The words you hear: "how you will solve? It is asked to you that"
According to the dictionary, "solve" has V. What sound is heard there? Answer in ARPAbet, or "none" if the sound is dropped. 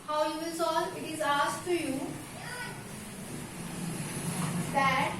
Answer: none